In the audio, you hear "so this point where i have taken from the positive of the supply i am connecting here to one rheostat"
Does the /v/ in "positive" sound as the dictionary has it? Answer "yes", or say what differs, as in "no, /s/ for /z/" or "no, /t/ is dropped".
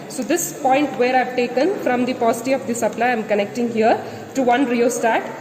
no, /v/ is dropped